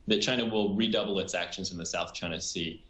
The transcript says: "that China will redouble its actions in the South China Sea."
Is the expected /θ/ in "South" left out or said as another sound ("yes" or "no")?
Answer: no